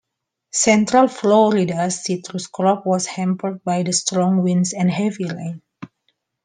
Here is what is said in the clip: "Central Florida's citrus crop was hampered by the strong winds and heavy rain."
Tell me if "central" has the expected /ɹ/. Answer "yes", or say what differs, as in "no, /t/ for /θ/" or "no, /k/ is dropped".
yes